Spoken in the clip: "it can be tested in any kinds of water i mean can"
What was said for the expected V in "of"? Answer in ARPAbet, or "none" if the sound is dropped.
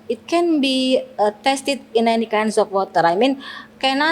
P